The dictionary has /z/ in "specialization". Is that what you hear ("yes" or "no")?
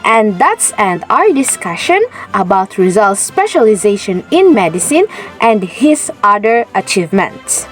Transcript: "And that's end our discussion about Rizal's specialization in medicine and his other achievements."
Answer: yes